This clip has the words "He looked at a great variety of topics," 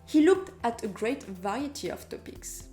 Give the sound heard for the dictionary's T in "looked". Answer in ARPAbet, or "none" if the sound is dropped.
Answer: T